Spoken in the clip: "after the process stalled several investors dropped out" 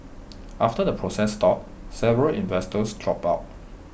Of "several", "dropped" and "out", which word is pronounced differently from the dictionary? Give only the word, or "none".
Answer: dropped